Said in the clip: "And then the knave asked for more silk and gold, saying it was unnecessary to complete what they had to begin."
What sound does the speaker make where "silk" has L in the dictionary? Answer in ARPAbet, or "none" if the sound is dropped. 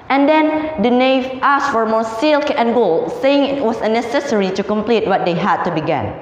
L